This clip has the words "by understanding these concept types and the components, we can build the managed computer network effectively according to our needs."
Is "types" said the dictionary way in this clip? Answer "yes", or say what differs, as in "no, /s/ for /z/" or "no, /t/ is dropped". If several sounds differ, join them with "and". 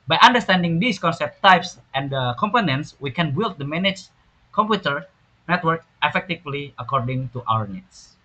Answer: yes